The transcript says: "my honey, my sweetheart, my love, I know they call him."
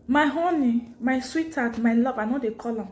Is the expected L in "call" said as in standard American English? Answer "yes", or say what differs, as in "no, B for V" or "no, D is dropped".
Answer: yes